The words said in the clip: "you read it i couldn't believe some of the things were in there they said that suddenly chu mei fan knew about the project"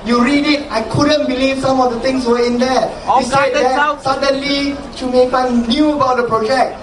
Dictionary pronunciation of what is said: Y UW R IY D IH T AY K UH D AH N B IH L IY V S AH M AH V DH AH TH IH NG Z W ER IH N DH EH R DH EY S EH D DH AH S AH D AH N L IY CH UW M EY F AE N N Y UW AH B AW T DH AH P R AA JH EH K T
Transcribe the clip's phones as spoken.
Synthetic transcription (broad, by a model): Y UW R IY D IH T AY K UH D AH N B IH L IY V S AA M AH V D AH T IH NG S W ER IH N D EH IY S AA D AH S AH D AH N L IY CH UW M EY P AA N N Y UW AH B AW T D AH P R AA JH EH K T